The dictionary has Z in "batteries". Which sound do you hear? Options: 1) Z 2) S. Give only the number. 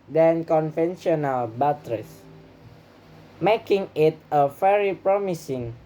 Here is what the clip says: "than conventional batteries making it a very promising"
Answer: 2